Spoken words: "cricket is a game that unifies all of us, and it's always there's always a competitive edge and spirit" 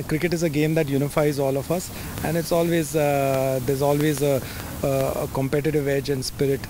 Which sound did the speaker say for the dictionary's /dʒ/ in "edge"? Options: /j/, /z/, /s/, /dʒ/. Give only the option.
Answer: /dʒ/